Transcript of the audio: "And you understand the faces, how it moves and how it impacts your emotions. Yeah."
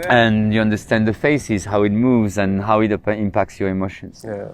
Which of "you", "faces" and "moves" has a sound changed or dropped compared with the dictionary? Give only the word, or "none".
none